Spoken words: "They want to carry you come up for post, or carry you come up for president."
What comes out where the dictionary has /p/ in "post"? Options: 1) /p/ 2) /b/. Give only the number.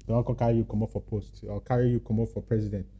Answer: 1